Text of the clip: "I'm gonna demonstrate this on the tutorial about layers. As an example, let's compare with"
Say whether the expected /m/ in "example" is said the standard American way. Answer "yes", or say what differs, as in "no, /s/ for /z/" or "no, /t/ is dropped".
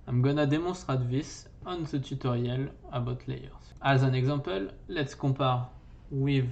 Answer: no, /m/ is dropped